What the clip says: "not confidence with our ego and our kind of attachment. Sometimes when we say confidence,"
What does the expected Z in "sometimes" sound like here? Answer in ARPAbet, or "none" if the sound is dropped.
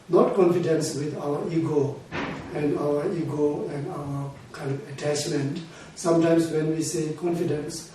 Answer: S